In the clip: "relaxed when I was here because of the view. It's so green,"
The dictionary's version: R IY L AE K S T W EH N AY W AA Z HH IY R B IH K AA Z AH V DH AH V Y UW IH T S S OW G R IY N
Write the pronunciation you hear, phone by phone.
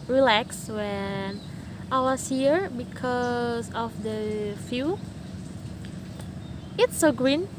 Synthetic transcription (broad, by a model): R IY L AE K S W EH N AY W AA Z HH IY R B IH K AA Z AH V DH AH F Y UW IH T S S OW G R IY N